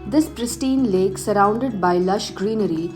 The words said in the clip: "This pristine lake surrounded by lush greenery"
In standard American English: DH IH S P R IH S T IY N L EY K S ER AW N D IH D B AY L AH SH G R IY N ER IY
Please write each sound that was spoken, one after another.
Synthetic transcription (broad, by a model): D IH S P R IH S T IY N L EY K S ER AW N D IH D B AY L AH SH G R IY N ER IY